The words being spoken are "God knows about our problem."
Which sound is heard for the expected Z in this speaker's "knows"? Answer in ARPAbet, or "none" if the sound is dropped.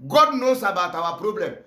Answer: S